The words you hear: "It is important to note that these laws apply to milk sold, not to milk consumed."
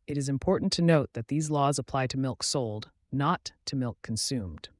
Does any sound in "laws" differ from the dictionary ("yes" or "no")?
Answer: no